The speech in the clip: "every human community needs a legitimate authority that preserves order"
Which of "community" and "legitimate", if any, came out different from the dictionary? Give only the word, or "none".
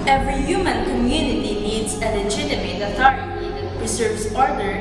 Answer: legitimate